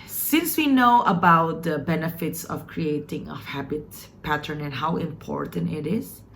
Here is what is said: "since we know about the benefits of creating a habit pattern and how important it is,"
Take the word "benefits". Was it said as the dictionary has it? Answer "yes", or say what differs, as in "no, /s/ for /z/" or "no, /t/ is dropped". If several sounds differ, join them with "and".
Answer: yes